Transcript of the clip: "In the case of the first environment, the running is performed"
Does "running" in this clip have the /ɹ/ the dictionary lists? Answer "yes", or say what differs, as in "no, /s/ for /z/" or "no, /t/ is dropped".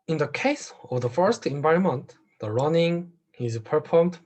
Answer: yes